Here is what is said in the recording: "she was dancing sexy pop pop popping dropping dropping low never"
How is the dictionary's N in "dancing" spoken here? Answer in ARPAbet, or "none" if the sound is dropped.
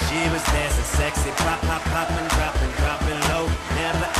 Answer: none